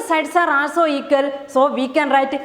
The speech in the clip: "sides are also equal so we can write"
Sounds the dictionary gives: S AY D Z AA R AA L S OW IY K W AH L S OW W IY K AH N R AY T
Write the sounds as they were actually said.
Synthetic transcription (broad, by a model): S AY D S AA R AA S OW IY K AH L S OW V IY K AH N R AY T